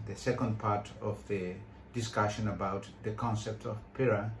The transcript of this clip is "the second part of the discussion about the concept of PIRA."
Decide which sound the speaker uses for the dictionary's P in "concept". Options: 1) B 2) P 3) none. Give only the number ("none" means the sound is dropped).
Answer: 2